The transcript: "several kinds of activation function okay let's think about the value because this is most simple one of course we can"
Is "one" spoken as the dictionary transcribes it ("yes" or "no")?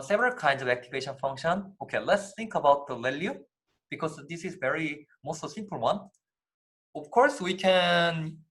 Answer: yes